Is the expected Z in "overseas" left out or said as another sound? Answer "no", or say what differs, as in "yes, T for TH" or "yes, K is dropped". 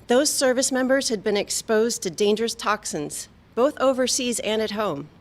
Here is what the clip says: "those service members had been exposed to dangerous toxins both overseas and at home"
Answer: no